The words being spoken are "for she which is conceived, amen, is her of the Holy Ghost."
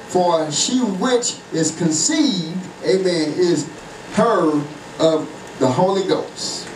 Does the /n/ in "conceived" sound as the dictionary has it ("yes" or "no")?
yes